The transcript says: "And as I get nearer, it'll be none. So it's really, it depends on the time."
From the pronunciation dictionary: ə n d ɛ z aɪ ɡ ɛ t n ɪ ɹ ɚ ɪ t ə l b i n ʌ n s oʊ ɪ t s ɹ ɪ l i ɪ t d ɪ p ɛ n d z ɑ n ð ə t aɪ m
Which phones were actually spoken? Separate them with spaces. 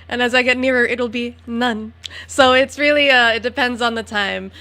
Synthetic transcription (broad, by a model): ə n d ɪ z aɪ ɡ ɛ t n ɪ ɹ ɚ ɪ t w l b i n ʌ n s oʊ ɪ t s ɹ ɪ l i ɪ t d ɪ p ɛ n d z n ð ə t aɪ m